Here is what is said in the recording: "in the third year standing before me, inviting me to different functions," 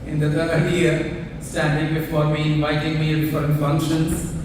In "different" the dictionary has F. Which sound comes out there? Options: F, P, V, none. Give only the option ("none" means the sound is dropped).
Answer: none